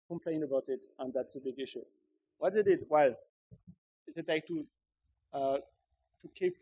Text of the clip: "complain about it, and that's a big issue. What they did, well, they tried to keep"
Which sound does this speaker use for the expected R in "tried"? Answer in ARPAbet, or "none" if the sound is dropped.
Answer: L